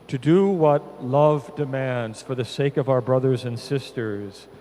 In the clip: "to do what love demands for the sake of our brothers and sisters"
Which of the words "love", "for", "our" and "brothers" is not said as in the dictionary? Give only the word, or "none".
none